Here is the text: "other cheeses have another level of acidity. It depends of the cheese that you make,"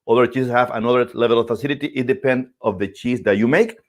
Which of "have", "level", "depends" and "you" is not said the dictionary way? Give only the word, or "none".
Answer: depends